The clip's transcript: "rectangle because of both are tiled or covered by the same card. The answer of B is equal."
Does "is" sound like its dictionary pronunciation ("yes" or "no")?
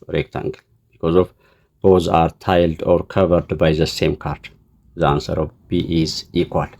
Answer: yes